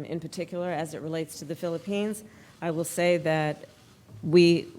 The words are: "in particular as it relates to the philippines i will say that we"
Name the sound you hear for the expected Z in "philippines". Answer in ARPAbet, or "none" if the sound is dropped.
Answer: Z